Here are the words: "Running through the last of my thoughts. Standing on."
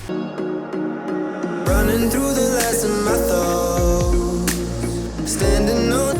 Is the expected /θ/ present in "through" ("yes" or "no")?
yes